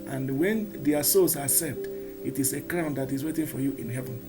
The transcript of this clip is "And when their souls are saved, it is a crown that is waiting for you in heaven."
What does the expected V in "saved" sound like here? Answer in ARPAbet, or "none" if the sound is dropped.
none